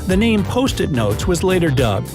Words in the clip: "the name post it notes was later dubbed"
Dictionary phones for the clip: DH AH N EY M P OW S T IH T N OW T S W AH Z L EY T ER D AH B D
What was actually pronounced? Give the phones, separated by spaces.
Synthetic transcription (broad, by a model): DH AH N EY M P OW S T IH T N OW T S W AH Z L EY T ER D AH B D